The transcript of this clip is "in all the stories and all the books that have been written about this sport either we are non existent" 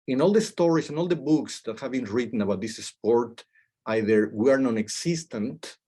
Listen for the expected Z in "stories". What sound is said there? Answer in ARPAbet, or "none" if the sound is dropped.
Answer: S